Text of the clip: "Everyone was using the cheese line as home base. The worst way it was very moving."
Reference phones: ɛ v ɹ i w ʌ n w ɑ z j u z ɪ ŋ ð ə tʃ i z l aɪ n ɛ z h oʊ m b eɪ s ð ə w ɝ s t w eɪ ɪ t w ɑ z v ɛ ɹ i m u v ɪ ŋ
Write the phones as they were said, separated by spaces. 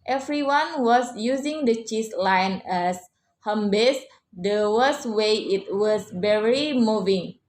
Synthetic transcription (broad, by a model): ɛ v ɹ i w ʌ n w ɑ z j u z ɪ ŋ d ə tʃ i s l aɪ n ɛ s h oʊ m b eɪ s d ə w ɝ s w eɪ ɪ t w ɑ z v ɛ ɹ i m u v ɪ ŋ